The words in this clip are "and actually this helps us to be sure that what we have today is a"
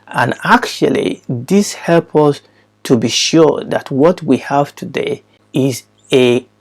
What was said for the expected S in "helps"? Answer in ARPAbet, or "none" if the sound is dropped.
none